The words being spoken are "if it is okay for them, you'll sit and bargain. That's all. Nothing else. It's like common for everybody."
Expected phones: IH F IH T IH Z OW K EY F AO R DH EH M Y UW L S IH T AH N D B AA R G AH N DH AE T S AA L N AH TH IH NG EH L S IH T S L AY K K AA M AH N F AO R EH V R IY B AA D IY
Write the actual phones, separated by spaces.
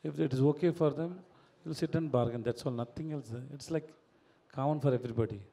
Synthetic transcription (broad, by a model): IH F IH T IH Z OW K EY F AO R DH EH M Y UW L S IH T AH N B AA R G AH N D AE T S AA L N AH T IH NG EH L S IH T S L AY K K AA AH N F AO R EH V R IY B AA D IY